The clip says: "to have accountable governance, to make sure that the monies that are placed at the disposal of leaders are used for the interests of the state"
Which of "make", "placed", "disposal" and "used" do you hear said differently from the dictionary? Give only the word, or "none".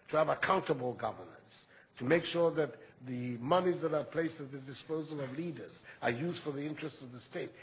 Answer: none